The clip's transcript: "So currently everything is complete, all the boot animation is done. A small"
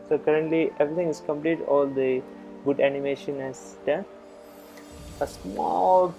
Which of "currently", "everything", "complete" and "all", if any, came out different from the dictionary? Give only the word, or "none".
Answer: everything